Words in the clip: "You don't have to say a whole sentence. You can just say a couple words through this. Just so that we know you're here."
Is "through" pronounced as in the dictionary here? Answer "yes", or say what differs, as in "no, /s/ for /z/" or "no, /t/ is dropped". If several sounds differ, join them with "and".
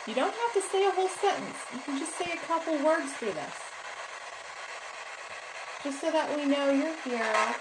no, /f/ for /θ/